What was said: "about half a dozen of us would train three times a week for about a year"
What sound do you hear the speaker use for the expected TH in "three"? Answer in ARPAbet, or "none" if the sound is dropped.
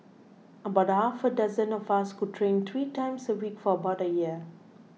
T